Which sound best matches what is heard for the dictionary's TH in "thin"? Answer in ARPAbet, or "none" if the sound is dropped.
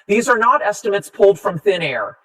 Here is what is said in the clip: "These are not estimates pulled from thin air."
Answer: TH